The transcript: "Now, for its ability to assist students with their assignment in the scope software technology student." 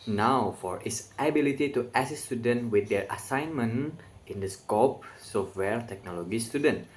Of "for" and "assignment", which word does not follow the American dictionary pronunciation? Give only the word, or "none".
assignment